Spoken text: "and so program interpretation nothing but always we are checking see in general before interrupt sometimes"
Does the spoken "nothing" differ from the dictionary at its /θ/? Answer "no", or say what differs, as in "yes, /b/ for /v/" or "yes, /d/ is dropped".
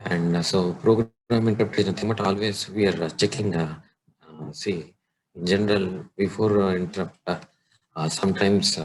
yes, /t/ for /θ/